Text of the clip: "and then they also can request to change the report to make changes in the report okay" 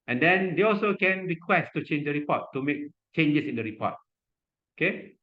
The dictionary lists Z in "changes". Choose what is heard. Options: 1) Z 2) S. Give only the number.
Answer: 2